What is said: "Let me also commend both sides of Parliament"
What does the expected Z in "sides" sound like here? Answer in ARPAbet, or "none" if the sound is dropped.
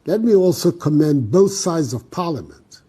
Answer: Z